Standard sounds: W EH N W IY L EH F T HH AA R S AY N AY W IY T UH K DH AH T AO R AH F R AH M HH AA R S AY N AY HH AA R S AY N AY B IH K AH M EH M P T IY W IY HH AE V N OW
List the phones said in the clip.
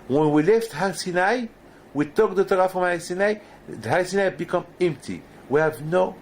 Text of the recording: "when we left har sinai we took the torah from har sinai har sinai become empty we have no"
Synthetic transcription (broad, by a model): W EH N W IY L EH F T HH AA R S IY N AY W IY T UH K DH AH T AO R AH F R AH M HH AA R S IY N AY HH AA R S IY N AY B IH K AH M EH M P T IY W IY HH AE V N OW